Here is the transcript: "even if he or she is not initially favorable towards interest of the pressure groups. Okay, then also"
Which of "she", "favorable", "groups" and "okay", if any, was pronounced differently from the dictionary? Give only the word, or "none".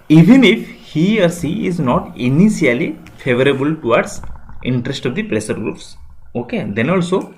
she